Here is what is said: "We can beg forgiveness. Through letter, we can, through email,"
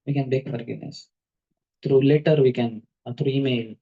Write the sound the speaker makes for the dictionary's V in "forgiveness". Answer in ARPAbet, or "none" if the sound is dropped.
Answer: none